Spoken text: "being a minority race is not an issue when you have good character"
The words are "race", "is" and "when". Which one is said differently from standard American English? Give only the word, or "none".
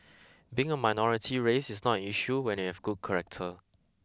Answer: is